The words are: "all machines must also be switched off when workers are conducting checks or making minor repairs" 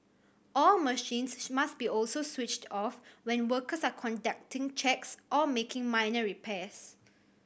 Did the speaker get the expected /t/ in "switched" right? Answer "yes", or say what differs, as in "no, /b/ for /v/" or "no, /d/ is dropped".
yes